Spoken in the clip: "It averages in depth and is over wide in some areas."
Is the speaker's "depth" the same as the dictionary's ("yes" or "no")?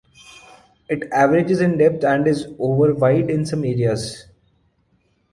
no